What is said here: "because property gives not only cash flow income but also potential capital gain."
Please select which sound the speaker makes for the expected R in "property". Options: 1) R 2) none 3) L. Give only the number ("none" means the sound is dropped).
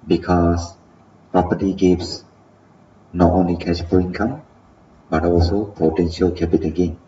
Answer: 1